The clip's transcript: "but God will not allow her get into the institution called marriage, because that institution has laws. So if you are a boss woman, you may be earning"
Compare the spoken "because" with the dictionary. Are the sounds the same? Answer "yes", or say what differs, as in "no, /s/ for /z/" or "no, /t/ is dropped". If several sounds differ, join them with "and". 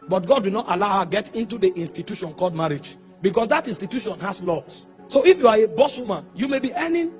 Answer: no, /s/ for /z/